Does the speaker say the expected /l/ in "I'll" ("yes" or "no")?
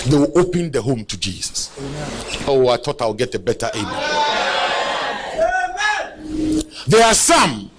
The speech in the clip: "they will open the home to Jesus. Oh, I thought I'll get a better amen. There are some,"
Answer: no